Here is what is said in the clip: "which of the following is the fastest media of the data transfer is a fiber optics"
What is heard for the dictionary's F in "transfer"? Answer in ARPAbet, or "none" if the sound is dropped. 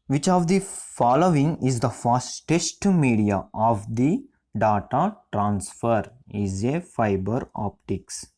F